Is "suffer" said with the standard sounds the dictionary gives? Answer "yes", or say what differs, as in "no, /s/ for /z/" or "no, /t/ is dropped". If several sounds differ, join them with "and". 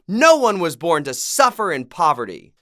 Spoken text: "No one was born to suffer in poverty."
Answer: yes